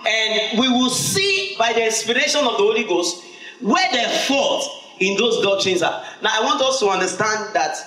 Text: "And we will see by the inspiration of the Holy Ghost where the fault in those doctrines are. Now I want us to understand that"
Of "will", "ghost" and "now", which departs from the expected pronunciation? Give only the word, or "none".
none